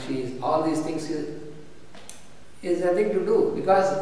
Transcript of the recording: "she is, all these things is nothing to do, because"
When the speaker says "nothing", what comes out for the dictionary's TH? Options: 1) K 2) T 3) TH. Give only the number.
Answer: 2